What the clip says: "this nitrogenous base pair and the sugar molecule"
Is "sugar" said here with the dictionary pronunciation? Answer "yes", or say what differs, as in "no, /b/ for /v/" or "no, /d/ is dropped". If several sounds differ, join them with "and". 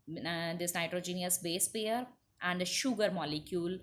yes